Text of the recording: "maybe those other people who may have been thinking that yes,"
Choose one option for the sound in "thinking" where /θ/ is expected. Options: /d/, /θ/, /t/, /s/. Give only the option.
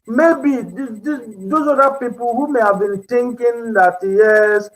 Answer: /t/